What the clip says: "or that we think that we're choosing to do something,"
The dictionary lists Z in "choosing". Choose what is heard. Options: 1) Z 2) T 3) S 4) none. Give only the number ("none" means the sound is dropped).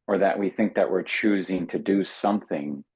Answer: 1